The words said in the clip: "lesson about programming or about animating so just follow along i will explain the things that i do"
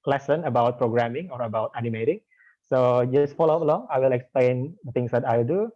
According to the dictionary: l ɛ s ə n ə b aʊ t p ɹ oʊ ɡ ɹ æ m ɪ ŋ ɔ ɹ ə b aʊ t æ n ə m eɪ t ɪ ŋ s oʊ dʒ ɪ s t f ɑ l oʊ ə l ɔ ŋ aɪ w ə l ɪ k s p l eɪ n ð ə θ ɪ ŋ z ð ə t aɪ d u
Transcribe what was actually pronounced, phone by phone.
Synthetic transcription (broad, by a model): l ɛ s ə n ə b aʊ t p ɹ oʊ ɡ ɹ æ m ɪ ŋ ɔ ɹ ə b aʊ t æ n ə m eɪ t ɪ ŋ s oʊ dʒ ɪ s t f ɑ l oʊ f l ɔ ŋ aɪ w ə l ɪ k s p l eɪ n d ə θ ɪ ŋ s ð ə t aɪ d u